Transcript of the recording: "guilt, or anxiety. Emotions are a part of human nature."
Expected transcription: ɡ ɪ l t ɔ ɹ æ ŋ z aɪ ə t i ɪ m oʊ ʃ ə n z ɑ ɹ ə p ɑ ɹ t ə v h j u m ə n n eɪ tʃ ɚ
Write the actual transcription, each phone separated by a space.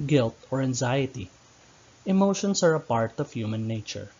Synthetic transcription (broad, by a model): ɡ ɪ l t ɔ ɹ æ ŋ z aɪ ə t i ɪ m oʊ ʃ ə n s ɑ ɹ ə p ɑ ɹ t ə v h j u m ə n n eɪ tʃ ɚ